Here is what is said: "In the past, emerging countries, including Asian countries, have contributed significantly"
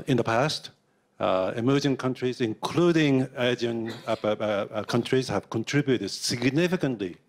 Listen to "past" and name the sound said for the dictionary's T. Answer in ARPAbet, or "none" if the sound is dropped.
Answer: T